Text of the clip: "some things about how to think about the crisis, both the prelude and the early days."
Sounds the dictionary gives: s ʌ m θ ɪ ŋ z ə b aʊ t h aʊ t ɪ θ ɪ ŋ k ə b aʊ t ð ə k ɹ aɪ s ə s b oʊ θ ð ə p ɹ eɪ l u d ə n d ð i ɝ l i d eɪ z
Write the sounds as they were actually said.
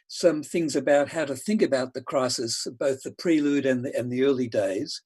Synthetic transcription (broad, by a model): s ʌ m θ ɪ ŋ z ə b aʊ t h aʊ t ɪ θ ɪ ŋ k ə b aʊ t ð ə k ɹ aɪ s ə s b oʊ θ ð ə p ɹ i l u d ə n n ð i ɝ l i d eɪ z